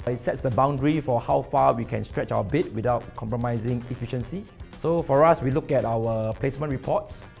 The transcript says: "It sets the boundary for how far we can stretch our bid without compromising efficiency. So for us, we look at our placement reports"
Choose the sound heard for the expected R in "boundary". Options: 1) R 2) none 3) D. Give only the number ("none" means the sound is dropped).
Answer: 1